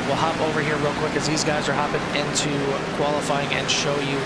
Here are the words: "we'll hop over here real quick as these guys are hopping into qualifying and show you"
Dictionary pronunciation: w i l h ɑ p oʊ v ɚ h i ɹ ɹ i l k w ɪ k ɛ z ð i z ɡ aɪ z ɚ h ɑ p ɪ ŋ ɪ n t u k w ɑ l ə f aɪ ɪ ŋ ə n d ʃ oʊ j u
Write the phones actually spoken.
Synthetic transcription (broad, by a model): w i l h ɑ p oʊ v ɚ h i ɹ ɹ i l k w ɪ k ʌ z ð i z ɡ aɪ z ɚ h ɑ p ɪ ŋ ɪ n t u k w ɑ l ə f aɪ ɪ ŋ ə n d ʃ oʊ j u